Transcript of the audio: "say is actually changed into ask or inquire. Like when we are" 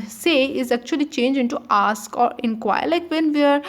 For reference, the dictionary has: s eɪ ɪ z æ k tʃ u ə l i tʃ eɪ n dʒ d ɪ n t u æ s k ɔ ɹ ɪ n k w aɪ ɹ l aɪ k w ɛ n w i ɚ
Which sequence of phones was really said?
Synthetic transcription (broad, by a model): s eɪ ɪ z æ k tʃ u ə l i tʃ eɪ n dʒ ɪ n t u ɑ s k ɔ ɹ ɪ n k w aɪ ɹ l aɪ k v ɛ n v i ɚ